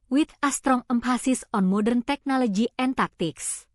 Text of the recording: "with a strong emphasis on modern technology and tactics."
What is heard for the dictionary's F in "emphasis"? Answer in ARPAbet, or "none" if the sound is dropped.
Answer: P